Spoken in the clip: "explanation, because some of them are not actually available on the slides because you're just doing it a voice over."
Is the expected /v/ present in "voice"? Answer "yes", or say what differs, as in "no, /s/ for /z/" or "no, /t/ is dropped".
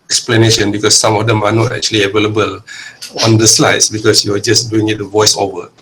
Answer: yes